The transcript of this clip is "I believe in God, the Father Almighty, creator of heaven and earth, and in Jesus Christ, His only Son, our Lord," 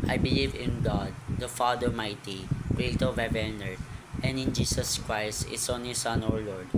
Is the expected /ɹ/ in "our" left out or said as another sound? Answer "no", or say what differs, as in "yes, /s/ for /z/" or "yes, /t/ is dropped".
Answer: no